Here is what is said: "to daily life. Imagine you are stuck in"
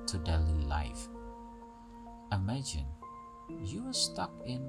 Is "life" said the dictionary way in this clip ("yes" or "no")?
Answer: yes